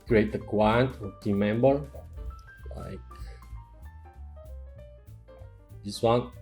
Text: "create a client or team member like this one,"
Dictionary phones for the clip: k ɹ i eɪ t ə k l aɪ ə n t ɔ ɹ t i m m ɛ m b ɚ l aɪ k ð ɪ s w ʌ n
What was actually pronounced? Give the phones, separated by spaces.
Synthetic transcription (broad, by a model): k ɹ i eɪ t ə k w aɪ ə n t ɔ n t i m m ɛ m b ɚ l aɪ k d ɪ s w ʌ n